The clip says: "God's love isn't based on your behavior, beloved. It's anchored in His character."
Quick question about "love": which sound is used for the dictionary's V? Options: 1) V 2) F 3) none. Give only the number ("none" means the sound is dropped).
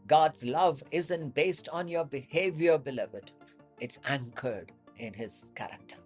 1